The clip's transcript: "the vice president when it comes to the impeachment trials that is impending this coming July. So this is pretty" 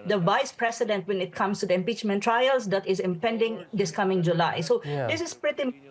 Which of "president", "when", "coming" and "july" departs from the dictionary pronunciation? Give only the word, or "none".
president